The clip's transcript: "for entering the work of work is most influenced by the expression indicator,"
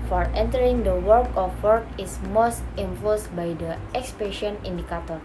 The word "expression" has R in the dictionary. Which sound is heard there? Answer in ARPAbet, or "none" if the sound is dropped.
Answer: none